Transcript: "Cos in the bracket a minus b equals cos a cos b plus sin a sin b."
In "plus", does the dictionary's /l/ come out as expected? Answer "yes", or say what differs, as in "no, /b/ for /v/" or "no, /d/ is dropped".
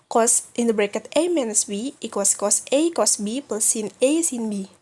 no, /l/ is dropped